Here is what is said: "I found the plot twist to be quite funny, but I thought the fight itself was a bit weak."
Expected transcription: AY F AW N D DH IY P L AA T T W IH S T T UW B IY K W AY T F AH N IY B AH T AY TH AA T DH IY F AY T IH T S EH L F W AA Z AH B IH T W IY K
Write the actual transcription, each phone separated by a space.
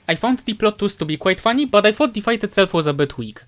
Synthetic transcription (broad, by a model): AY F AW N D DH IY P L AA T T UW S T T UW B IY K W AY T F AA N IY B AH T AY F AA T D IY F AY T IH T S EH L F W AA Z AH B IH T W IY K